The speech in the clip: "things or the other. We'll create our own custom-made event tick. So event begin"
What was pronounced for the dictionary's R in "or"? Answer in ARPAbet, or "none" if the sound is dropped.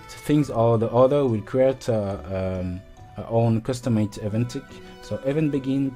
L